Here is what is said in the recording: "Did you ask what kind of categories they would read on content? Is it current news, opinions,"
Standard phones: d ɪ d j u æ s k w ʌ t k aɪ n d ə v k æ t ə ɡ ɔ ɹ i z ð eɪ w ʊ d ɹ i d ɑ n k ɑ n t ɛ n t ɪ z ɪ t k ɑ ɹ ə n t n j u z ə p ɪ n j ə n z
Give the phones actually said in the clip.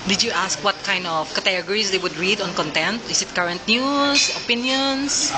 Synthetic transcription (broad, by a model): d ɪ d j u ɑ s k w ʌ t k aɪ n d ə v k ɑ t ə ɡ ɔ ɹ i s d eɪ w ʊ d ɹ i d ɑ n k ɑ n t ɛ n t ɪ s ɪ t k ɑ ɹ ə n t n j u s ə p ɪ n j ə n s